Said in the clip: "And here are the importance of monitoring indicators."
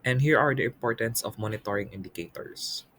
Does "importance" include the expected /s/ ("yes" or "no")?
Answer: yes